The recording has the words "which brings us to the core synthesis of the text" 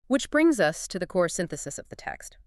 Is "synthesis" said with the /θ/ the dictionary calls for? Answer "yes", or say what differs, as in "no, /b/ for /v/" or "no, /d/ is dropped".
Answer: yes